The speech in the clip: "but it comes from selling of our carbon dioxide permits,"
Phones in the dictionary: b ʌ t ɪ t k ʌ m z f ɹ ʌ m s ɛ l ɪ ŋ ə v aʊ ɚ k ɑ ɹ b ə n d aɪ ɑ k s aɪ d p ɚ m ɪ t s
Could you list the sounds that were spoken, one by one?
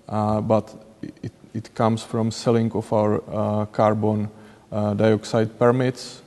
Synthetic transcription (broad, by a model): b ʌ t ɪ t k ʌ m s f ɹ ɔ m s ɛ l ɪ ŋ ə f aʊ ɚ k ɑ ɹ b ə n d aɪ ɑ k s aɪ d p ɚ m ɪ t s